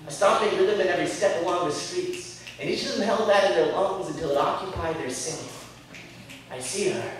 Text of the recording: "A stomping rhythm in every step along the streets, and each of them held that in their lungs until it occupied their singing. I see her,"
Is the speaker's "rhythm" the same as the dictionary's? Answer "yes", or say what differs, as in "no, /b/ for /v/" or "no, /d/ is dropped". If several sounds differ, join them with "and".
no, /w/ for /ɹ/